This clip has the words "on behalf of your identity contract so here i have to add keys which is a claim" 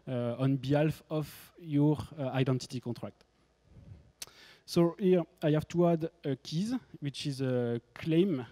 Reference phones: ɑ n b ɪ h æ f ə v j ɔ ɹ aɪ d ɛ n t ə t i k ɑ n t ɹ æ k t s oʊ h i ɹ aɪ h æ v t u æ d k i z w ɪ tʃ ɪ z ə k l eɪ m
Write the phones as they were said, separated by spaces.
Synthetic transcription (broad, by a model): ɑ n b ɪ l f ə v j ɔ ɹ aɪ d ɛ n t ə t i k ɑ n t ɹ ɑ k t s oʊ h i ɹ aɪ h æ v t u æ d k i z w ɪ tʃ ɪ z ə k l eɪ m